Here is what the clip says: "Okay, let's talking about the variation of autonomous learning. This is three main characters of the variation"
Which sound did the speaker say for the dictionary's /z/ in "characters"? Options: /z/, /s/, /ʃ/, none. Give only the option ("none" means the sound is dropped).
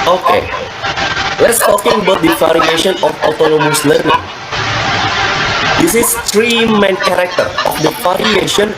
none